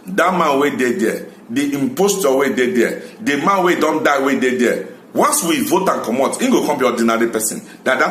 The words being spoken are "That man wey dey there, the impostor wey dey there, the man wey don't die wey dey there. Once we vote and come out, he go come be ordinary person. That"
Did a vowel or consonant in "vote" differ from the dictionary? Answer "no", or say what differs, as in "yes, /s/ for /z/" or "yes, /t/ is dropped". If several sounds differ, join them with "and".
no